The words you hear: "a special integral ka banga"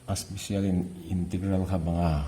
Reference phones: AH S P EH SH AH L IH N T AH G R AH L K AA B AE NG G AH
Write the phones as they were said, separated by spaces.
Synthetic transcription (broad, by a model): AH S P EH S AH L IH N T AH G R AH L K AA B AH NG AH